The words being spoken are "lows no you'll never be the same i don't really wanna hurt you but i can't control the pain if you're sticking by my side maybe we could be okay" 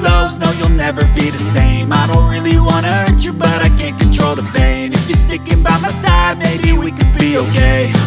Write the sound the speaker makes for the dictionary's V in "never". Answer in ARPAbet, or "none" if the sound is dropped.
V